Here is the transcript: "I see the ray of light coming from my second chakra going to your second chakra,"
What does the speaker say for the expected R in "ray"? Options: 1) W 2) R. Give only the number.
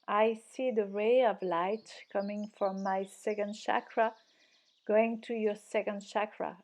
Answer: 2